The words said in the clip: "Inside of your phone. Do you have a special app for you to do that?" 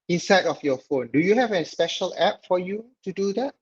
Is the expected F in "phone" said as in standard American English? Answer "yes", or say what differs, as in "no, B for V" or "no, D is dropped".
yes